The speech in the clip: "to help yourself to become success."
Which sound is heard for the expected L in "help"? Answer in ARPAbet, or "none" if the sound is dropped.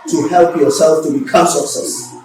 L